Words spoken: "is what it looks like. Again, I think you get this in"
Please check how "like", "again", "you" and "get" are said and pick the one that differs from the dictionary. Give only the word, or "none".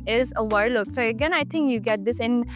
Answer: like